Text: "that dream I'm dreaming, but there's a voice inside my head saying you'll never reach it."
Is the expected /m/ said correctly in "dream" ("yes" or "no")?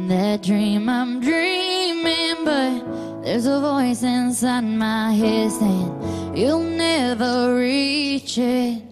yes